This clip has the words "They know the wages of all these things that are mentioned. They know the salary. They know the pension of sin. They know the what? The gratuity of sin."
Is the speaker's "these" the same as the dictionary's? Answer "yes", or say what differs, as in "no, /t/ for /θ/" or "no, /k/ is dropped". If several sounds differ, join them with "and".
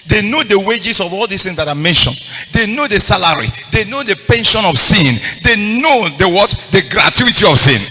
no, /s/ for /z/